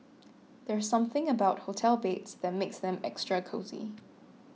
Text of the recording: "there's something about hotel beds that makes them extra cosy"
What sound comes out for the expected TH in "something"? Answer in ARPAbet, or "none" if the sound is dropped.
TH